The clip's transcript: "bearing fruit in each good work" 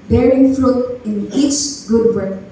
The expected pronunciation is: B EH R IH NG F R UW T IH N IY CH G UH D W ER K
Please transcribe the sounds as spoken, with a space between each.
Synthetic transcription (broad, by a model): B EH R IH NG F L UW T IH N IY CH G UH D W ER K